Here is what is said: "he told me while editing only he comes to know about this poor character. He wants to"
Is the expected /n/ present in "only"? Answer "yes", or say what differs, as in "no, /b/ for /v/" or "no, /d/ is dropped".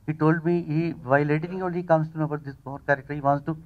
no, /n/ is dropped